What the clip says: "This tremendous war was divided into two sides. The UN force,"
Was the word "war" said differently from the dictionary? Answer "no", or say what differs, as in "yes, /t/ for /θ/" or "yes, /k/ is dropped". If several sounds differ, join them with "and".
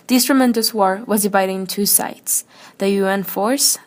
no